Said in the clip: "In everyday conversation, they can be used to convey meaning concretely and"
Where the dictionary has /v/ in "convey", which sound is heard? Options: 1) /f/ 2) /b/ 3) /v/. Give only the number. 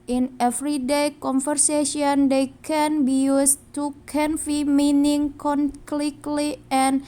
1